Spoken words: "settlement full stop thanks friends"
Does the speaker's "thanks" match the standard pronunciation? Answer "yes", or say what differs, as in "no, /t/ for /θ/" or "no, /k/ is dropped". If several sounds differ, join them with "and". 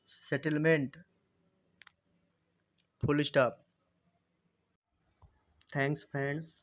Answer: no, /t/ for /θ/